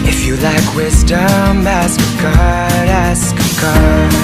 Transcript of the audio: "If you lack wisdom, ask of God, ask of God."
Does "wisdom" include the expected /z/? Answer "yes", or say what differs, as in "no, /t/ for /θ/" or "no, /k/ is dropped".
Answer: yes